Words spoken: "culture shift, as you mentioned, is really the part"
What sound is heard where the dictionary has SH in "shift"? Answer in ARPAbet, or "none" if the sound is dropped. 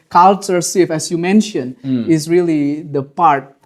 S